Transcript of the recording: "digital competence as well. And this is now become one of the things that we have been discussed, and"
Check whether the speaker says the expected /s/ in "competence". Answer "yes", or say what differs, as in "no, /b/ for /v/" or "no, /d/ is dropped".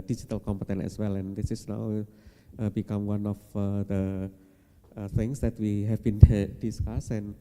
no, /s/ is dropped